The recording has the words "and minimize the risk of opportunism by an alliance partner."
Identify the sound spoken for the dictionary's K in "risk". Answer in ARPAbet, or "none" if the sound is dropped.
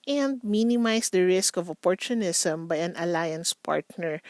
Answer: K